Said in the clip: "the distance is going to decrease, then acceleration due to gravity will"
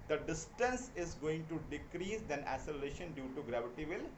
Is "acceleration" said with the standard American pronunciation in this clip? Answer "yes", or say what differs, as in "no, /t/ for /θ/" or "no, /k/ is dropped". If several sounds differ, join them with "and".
no, /k/ is dropped